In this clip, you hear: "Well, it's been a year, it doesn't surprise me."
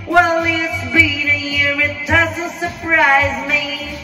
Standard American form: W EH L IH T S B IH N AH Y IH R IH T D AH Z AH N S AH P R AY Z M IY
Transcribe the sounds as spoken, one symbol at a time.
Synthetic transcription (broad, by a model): W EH L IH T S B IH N AH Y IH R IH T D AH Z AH L S AH P R AY Z M IY